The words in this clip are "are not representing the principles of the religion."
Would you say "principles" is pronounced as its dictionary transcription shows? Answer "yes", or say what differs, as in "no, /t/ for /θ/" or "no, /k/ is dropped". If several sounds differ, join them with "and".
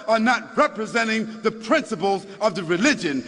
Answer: yes